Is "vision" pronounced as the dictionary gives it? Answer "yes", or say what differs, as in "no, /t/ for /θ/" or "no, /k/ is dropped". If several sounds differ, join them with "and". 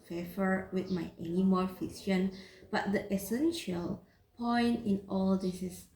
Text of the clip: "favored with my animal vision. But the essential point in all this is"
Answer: no, /f/ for /v/ and /s/ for /ʒ/